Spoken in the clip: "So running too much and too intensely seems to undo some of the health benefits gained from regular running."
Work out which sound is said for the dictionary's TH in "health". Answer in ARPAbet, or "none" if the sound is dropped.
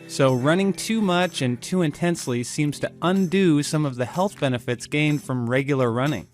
TH